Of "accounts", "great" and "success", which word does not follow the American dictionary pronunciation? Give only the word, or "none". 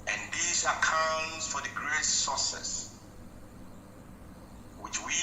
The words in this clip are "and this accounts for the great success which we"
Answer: success